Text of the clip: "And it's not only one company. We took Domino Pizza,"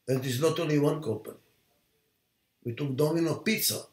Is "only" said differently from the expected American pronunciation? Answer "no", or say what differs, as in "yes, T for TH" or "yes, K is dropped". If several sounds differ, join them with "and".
yes, N is dropped